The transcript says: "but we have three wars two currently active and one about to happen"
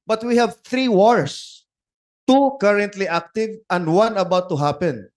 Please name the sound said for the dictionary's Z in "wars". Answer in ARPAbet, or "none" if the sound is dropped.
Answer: S